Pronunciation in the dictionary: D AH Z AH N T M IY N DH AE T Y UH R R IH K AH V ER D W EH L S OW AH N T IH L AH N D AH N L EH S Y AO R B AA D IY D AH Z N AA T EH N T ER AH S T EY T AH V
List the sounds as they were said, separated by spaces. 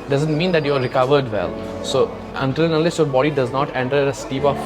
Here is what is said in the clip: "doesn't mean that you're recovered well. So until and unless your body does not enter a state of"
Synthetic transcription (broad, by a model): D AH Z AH N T M IY N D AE T Y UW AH R IH K AH V ER D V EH L S OW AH N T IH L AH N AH L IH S Y AO R B AA D IY D AH Z N AA T EH N T ER AH S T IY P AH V